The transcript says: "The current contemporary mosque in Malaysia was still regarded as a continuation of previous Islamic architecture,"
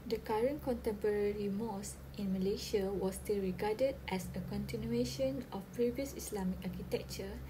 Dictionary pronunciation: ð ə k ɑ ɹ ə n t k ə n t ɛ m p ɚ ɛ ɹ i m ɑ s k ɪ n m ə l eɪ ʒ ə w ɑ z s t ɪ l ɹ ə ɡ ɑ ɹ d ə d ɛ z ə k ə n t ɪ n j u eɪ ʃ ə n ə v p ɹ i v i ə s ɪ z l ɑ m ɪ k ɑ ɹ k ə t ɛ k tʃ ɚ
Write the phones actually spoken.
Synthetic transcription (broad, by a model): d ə k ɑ ɹ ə n k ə n t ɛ m p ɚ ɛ ɹ i m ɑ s ɪ n m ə l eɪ ʃ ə w ɑ s t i l ɹ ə ɡ ɑ d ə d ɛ s ə k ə n t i n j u eɪ ʃ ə n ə f p ɹ i v i ə s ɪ s l ɑ m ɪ k ɑ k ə t ɛ k tʃ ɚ